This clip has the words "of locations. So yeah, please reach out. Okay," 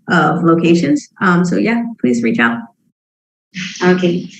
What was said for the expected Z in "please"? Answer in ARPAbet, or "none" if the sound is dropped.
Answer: Z